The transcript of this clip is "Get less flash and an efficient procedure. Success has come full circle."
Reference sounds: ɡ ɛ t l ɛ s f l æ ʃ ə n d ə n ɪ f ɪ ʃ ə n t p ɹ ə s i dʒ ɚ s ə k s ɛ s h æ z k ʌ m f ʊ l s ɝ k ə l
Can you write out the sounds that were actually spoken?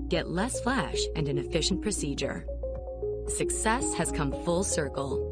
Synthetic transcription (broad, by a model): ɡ ɛ t l ɛ s f l æ ʃ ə n ə n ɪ f ɪ ʃ n p ɹ ə s i dʒ ɚ s ə k s ɛ s h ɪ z k ʌ m f ʊ l s ɝ k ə l